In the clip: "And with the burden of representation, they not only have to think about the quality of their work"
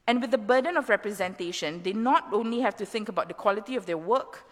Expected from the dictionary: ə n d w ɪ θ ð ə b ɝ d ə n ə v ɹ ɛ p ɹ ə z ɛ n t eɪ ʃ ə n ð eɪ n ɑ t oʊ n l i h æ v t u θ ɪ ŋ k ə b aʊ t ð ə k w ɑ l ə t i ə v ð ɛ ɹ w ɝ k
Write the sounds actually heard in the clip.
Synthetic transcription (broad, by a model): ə n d w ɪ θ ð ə b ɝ d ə n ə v ɹ ɛ p ɹ ə z ɛ n t eɪ ʃ ə n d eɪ n ɑ t oʊ n l i h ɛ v t u θ ɪ ŋ k ə b aʊ t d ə k w ɑ l ə t i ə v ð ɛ w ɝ k